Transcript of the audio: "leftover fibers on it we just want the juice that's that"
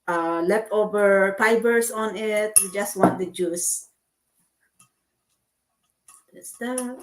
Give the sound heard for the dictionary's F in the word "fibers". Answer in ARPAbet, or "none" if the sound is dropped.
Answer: P